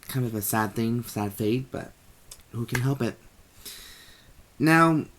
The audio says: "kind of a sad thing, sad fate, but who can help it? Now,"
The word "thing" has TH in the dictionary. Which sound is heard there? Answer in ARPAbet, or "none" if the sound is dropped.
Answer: TH